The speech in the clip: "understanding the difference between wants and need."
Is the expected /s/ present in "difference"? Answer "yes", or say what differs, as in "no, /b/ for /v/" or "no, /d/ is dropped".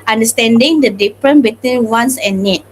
no, /s/ is dropped